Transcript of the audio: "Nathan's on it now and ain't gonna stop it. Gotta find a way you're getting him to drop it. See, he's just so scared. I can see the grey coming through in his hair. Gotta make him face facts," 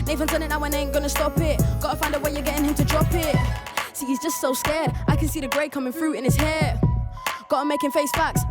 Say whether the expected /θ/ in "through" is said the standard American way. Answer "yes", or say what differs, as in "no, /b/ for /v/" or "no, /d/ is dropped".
no, /f/ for /θ/